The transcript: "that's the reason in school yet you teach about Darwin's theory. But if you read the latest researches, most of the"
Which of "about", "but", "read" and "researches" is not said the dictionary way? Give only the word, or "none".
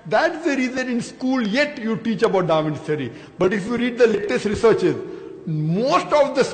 none